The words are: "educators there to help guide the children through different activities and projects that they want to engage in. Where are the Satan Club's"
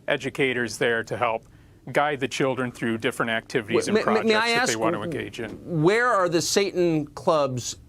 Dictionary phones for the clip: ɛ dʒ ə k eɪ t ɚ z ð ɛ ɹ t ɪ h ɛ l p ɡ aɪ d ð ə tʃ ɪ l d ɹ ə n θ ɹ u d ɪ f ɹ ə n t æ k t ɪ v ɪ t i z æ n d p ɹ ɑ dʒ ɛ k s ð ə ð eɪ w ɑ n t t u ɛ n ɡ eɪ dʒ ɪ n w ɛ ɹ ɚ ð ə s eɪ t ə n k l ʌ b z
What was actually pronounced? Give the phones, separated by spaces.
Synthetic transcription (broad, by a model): ɛ dʒ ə k eɪ t ɚ z ð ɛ ɹ t ɪ h ɛ l p ɡ aɪ d ð ə tʃ ɪ l d ɹ ə n θ ɹ u d ɪ f ɹ ə n t æ k t ɪ v ɪ t i z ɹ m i ɑ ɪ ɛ s ð ə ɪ w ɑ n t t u ɛ n ɡ eɪ dʒ ɪ n w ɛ ɹ ɚ ð ə s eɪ t n k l ʌ b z